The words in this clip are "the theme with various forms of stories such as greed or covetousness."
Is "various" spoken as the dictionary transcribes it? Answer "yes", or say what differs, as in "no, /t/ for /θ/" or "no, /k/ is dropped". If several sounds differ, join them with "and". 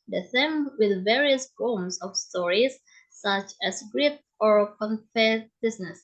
yes